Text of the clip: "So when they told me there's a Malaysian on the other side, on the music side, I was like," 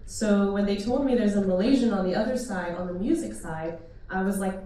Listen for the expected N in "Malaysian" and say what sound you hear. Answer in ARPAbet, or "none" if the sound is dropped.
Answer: N